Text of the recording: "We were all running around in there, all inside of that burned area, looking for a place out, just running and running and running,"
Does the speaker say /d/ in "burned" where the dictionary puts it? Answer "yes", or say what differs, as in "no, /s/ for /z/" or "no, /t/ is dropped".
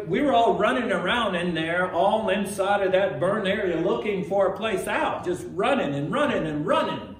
no, /d/ is dropped